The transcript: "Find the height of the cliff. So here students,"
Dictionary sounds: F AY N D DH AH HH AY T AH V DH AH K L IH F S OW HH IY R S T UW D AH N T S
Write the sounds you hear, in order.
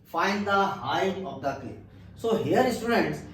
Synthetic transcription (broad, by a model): F AY N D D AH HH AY AH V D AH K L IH S OW HH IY R S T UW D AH N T S